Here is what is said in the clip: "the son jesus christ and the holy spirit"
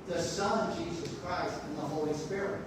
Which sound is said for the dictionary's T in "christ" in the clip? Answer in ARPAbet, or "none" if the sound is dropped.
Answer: T